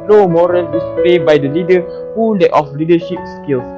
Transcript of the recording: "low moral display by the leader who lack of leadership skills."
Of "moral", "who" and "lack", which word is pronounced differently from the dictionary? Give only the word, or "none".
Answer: lack